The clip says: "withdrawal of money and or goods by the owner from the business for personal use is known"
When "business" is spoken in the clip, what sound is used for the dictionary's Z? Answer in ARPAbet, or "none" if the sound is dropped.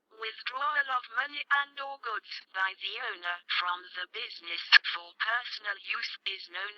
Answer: Z